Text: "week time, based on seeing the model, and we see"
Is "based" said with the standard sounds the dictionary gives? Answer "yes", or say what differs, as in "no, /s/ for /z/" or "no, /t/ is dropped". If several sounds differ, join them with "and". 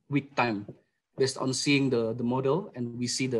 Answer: yes